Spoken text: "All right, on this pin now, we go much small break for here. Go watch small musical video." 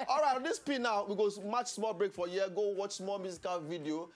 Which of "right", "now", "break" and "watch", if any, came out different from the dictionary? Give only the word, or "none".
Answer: none